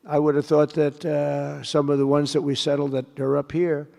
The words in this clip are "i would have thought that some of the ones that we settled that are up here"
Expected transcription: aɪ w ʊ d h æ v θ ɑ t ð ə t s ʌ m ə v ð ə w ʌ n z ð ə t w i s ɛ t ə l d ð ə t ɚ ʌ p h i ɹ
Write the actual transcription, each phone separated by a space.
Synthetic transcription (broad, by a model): aɪ w ʊ d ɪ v θ ɑ t ð ə t s ʌ m ə v ð ə w ʌ n z ð ə t w i s ɛ t l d ð ə t ɚ ʌ p h i ɹ